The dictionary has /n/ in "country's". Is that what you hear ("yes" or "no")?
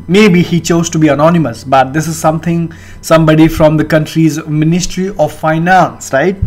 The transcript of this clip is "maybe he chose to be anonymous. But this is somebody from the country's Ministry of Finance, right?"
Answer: yes